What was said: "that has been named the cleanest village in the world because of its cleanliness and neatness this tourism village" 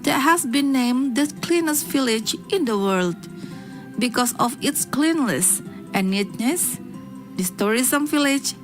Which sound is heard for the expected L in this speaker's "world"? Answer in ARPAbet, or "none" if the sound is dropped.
L